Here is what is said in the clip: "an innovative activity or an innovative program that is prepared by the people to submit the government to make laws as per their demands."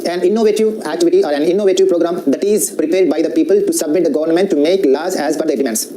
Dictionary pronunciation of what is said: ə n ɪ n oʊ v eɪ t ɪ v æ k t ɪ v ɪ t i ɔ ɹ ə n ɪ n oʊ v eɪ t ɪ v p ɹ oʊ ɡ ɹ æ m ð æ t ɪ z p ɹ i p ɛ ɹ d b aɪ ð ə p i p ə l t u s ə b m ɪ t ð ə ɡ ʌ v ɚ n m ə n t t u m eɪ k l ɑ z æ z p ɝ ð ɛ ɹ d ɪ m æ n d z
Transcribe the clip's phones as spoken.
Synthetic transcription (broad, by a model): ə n ɪ n oʊ v eɪ t ɪ v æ k t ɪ v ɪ t i ɔ ɹ ə n ɪ n oʊ v eɪ t ɪ v p ɹ oʊ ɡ ɹ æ m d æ t ɪ z p ɹ i p ɛ ɹ d b aɪ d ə p i p ə l t u s ə b m ɪ t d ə ɡ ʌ v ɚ n m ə n t t u m eɪ k l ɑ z æ z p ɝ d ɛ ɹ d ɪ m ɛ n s